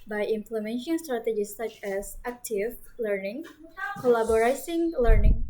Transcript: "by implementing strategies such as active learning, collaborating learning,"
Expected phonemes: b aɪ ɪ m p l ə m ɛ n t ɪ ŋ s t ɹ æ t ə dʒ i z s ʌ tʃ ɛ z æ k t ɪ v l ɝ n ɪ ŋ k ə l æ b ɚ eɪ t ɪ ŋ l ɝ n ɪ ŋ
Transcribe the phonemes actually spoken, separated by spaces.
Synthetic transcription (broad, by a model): b aɪ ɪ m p l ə m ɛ n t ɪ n s t ɹ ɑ t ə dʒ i s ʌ tʃ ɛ s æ k t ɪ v l ɝ n ɪ ŋ k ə l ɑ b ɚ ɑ s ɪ ŋ l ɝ n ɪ ŋ